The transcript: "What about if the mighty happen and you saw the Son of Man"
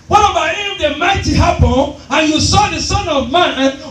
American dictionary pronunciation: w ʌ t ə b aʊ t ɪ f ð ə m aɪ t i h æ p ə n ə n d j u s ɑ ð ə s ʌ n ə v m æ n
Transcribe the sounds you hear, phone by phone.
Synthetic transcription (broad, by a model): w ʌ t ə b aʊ ɪ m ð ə m aɪ t i h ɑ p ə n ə n j u s ɑ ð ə s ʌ n ə v m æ n